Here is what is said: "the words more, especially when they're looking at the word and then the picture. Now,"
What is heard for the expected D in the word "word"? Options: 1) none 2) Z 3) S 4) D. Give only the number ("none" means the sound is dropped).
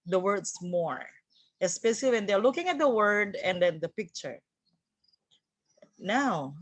4